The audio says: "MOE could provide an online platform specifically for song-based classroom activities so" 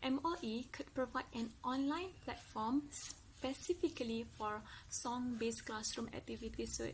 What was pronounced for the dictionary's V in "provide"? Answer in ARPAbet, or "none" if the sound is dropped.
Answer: V